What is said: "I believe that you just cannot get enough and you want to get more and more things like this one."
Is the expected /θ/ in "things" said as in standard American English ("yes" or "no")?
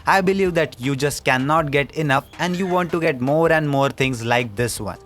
no